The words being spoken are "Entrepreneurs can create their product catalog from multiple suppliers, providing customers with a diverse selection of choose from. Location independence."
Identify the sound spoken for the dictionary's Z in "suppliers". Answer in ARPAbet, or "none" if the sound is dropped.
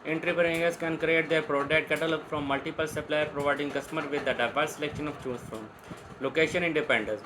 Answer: none